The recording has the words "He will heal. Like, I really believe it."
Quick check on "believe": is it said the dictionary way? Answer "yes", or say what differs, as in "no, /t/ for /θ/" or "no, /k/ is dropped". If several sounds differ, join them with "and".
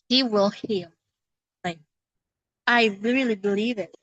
yes